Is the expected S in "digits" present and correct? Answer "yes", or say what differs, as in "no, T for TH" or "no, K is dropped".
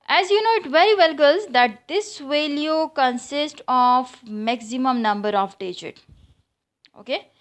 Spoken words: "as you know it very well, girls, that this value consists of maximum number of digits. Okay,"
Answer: no, S is dropped